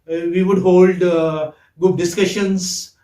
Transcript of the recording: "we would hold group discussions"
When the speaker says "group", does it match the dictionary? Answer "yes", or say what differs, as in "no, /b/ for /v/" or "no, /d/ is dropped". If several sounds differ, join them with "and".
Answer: no, /ɹ/ is dropped